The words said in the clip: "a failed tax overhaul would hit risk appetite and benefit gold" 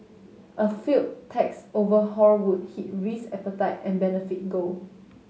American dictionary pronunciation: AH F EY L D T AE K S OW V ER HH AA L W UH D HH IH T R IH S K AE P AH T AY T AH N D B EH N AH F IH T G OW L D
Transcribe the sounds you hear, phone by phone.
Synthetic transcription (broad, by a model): AH F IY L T T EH K S OW V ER HH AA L W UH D HH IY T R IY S EH P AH T AY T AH N B EH N AH F IH T G OW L